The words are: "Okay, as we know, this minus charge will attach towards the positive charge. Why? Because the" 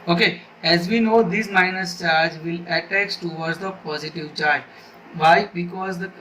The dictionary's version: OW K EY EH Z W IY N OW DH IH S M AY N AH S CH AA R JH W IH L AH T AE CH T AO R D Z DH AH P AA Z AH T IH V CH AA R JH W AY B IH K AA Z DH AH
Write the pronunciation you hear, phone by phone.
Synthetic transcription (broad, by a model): OW K EY EH Z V IY N OW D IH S M AY N AH S CH AA R JH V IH L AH T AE S T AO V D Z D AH P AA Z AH T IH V CH AA R JH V AY B IH K AA Z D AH